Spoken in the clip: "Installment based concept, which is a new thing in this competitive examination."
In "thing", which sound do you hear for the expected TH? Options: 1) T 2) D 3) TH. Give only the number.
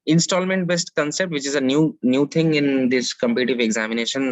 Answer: 1